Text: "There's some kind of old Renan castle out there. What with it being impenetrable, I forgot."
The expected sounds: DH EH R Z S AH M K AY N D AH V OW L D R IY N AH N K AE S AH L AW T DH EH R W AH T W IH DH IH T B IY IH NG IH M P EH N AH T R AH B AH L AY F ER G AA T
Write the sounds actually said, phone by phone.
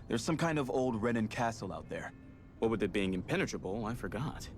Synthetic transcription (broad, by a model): DH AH R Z S AH M K AY N D AH V OW L D R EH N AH N K AE S L AW T DH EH R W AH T W IH DH IH T B IY IH NG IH M P EH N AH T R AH B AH L AY F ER G AA T